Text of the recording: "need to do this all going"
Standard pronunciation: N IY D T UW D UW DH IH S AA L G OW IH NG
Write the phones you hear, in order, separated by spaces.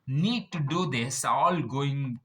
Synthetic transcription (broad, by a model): N IY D T UW D UW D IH S AA L G OW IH NG